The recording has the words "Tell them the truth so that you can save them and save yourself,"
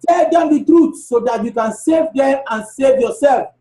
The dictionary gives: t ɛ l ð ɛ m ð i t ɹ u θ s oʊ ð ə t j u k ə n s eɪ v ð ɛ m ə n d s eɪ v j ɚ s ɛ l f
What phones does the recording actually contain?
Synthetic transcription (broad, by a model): t ɛ l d ɛ m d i t ɹ u t s oʊ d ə t j u k ə n s eɪ v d ɛ m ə n s eɪ v j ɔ s ɛ l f